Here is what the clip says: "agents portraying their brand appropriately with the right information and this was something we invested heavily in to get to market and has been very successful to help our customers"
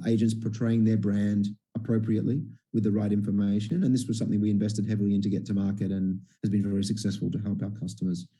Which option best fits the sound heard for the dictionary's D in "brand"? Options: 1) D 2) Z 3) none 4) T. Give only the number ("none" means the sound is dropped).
1